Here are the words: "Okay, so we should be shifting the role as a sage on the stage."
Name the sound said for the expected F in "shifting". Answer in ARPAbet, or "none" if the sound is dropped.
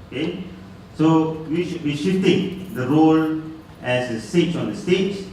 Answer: none